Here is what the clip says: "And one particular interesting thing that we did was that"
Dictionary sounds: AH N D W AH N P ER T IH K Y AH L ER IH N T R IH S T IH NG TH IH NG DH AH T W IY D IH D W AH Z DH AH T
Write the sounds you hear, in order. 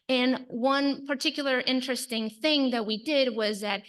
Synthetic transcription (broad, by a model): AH N W AH N P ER T IH K Y L ER IH N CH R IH S T IH NG TH IH NG DH AH T W IY D IH D W AH Z DH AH T